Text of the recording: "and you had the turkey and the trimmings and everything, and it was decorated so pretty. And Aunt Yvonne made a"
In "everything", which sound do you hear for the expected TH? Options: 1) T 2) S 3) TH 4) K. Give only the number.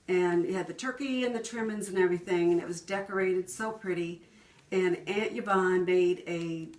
3